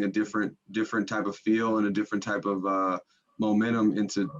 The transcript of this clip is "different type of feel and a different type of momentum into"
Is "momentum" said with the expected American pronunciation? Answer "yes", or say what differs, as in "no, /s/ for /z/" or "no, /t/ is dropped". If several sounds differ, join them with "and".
no, /n/ is dropped